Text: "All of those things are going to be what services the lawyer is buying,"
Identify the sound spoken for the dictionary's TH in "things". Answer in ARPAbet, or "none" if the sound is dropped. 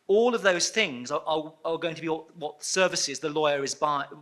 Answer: TH